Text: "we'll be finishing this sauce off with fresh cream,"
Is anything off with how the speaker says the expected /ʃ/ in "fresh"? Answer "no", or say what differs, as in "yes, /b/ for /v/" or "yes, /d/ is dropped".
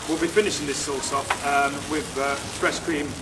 yes, /s/ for /ʃ/